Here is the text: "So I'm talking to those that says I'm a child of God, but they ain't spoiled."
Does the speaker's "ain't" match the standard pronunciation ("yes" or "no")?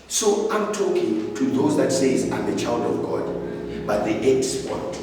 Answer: no